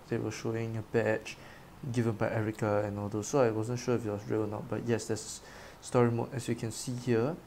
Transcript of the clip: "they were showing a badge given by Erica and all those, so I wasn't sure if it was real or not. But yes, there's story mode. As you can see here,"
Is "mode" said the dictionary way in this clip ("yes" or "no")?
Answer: no